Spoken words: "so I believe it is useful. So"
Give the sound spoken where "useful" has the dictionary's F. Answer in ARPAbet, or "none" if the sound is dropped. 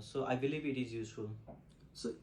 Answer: none